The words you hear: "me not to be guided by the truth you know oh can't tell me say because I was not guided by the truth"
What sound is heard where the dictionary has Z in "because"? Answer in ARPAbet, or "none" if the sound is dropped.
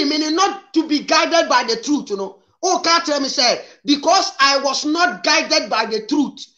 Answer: S